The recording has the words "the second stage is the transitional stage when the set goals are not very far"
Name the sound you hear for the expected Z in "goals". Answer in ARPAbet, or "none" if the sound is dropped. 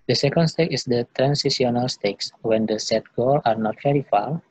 none